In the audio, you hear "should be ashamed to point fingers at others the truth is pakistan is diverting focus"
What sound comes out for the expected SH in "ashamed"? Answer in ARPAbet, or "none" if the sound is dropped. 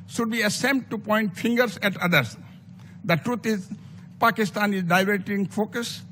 S